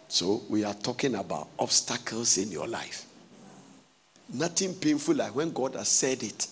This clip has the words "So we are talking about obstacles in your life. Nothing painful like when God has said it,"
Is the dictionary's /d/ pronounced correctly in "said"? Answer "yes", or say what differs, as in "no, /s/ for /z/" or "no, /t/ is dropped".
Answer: yes